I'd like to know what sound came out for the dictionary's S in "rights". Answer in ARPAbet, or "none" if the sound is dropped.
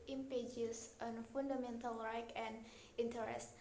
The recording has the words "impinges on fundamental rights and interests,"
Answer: none